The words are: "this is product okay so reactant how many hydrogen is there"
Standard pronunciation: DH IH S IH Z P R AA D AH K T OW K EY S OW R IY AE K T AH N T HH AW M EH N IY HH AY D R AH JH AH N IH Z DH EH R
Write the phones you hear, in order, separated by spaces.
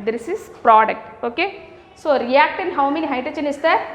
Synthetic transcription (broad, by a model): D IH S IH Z P R AA D AH K T OW K EY S OW R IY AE K T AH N HH AW M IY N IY HH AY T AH CH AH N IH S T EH